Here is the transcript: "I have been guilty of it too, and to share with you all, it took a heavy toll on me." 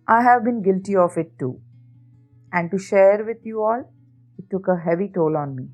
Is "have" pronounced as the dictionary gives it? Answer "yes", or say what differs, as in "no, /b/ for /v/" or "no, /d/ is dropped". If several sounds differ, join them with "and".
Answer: yes